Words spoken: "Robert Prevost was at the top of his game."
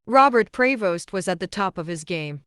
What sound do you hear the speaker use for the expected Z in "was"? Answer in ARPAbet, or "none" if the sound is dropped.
Z